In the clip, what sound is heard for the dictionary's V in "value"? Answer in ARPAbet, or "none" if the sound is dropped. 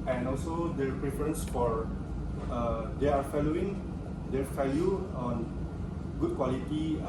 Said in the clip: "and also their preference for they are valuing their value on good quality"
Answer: F